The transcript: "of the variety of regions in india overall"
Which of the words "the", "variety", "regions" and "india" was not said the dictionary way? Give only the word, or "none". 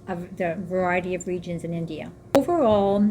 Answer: none